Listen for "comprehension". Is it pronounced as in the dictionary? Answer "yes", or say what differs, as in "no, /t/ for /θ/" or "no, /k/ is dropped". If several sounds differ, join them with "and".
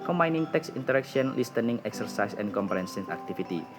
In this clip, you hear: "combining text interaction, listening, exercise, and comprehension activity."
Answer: no, /s/ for /ʃ/